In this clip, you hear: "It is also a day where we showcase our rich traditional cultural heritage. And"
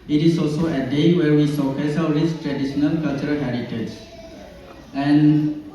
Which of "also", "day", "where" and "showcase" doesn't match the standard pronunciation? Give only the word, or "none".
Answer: showcase